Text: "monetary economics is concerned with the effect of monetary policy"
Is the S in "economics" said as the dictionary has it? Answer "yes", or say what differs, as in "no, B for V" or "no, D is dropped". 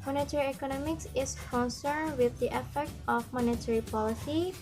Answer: yes